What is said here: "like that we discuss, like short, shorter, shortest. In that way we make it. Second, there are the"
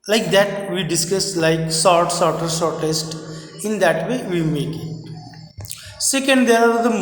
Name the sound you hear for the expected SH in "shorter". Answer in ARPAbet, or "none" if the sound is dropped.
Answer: S